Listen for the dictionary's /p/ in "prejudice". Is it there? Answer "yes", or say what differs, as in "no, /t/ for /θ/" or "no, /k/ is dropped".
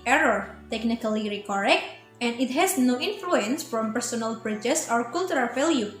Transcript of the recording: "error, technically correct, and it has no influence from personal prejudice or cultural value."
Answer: no, /b/ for /p/